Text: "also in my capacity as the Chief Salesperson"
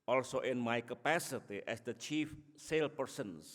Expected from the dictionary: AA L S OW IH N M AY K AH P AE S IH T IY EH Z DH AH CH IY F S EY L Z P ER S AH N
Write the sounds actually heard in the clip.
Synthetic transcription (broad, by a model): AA L S OW IH N M AY K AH P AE S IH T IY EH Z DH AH CH IY F S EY L P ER S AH N